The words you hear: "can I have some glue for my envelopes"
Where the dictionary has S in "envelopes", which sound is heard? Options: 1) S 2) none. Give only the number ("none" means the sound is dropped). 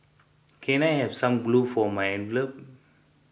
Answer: 2